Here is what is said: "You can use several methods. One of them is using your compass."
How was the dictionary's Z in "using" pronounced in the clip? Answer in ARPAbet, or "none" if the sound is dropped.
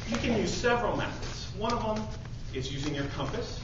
Z